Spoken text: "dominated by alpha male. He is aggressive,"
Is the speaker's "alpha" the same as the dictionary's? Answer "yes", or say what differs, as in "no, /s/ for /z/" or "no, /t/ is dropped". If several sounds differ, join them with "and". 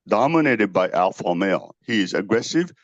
yes